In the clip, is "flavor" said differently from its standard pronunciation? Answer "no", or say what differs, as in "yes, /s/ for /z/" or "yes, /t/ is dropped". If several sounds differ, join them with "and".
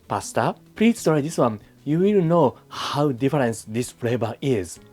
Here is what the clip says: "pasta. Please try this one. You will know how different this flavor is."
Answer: yes, /b/ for /v/